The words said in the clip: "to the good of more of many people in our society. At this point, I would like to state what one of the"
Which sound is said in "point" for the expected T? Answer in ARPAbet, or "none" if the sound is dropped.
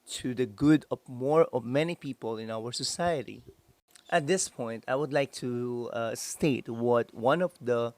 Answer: T